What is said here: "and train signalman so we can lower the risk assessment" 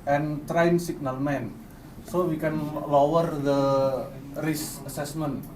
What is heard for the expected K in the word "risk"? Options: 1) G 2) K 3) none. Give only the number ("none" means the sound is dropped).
3